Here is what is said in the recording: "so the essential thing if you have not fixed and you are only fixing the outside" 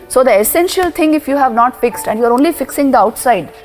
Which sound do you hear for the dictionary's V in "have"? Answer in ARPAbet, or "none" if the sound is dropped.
V